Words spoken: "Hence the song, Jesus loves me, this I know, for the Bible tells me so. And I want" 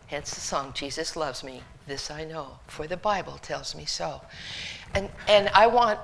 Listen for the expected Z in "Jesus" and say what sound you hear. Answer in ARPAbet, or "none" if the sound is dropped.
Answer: Z